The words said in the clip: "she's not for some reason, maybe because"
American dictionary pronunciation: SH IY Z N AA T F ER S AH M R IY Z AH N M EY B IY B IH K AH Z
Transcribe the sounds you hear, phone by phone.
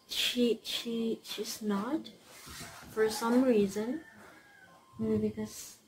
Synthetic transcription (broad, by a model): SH IY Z N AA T F ER S AH M R IY Z AH N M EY IY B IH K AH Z